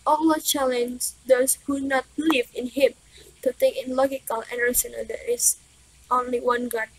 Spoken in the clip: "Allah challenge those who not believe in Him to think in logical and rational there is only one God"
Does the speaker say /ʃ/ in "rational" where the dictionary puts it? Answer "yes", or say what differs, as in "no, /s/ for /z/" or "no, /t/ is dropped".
no, /s/ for /ʃ/